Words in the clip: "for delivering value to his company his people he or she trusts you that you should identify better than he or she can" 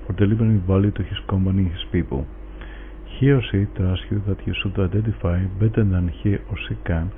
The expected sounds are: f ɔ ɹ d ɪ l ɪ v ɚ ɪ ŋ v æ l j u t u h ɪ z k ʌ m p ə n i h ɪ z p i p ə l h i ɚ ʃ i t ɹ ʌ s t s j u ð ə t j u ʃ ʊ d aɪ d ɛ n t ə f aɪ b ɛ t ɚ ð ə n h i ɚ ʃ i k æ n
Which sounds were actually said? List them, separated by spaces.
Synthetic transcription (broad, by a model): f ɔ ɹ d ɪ l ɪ b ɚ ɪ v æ l j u t u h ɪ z k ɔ m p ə n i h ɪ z p i p ə l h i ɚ s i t ɹ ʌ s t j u ð ə t j u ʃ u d aɪ d ɛ n t ə f aɪ b ɛ t ɚ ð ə n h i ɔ s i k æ n